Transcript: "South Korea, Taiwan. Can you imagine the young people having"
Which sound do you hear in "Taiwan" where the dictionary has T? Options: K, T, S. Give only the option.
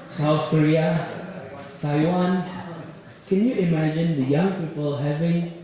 T